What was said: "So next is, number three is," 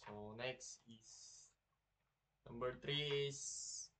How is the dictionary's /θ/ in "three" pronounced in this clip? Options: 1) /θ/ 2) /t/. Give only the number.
2